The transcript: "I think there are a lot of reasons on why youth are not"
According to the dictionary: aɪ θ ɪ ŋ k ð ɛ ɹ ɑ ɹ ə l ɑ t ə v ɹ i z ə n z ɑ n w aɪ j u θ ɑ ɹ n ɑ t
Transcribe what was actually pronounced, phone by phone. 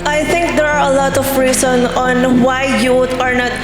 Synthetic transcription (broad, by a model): aɪ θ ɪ ŋ k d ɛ ɹ ɑ ɹ ə l ɑ t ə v ɹ i s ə n ɑ n w aɪ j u t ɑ ɹ n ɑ t